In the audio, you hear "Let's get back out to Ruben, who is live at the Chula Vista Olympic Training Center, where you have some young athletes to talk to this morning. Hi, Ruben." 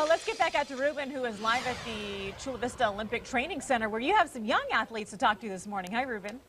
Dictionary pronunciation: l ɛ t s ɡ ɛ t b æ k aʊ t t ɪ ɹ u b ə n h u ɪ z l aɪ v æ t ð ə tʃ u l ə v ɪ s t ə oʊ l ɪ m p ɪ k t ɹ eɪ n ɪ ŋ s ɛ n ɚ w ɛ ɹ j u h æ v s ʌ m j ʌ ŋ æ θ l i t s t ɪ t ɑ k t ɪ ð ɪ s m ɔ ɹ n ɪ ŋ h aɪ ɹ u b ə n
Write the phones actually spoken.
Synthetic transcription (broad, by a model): l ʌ t s ɡ ɛ t b æ k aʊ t t ɪ ɹ u b ə n h u ɪ z l aɪ v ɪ t ð ə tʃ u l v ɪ s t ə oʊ l ɪ m p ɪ k t ɹ eɪ n ɪ ŋ s ɛ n ɚ w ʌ ɹ j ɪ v s ʌ m j ʌ ŋ æ θ l i t s t ɪ t ɑ k t ɪ ð ɪ s m ɔ ɹ n ɪ ŋ h aɪ ɹ u b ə n